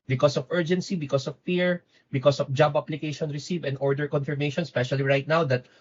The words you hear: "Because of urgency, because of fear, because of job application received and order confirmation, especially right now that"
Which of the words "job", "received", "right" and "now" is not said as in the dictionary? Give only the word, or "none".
received